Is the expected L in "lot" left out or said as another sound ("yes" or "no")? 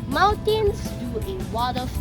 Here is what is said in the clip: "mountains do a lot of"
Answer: yes